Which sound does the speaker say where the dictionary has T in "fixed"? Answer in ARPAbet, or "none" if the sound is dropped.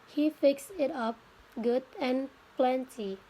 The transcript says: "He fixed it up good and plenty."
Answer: none